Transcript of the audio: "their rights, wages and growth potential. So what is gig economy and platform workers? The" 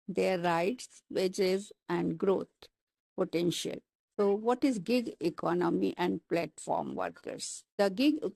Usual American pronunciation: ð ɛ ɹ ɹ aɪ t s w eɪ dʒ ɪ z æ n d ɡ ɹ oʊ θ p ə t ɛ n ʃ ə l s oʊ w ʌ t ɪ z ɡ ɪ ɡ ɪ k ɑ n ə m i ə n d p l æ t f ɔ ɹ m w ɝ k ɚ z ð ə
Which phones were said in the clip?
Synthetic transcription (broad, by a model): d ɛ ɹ ɹ aɪ t s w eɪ dʒ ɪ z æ n d ɡ ɹ oʊ t p ə t ɛ n ʃ ə l s oʊ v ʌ t ɪ z ɡ ɪ ɡ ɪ k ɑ n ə m i ə n d p l æ t f ɔ ɹ m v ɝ k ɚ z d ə